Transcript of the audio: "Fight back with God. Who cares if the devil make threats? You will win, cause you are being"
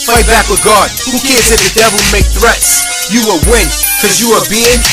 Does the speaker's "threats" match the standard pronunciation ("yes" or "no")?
yes